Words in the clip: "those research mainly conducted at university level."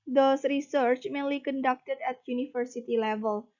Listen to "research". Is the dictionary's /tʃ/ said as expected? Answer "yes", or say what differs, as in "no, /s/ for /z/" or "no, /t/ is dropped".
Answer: yes